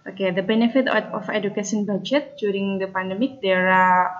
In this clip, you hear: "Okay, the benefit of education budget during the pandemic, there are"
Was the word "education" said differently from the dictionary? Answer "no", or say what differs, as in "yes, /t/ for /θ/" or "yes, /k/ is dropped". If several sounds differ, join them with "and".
yes, /s/ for /ʃ/